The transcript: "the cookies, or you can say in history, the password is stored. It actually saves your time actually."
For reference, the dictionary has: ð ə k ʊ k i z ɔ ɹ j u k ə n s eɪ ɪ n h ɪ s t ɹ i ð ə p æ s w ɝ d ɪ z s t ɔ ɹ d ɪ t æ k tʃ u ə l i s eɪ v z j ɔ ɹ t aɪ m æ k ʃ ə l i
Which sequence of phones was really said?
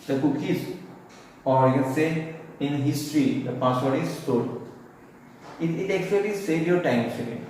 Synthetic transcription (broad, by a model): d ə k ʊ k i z ɔ ɹ j u s eɪ ɪ n h ɪ s t ɹ i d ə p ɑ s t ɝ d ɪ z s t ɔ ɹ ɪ ɪ t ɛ k tʃ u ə l i s eɪ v j ɔ ɹ t aɪ m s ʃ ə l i